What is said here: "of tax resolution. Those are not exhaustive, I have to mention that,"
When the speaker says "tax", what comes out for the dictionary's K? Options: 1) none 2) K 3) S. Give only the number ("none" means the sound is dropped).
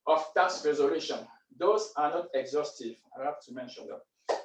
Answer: 1